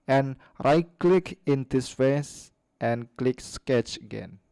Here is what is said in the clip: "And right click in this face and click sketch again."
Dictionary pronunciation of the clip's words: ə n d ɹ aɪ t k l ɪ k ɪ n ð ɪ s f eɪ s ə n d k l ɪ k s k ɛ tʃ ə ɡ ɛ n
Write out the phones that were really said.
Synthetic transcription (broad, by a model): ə n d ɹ aɪ k l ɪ k ɪ n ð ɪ s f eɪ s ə n k l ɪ k s k ɛ tʃ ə ɡ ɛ n